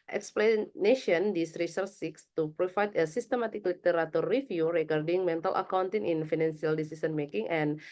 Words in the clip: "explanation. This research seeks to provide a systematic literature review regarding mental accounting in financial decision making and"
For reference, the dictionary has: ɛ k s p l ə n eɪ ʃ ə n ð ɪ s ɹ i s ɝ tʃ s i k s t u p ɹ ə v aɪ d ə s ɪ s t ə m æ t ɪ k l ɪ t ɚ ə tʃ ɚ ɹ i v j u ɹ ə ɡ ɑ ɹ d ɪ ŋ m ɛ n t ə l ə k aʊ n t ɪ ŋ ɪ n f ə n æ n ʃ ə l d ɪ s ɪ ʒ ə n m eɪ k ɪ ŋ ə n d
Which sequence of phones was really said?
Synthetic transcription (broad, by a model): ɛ k s p l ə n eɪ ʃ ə n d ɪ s ɹ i s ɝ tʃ s i k s t u p ɹ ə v aɪ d ə s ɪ s t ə m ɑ t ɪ k l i t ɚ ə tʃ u ɹ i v j u ɹ ə ɡ ɑ ɹ d ɪ ŋ m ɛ n t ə l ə k aʊ n t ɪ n ɪ n f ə n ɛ n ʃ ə l d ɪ s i s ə n m eɪ k ɪ ŋ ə n